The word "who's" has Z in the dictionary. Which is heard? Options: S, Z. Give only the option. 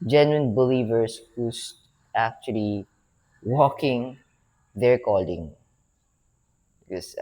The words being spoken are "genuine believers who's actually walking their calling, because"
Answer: S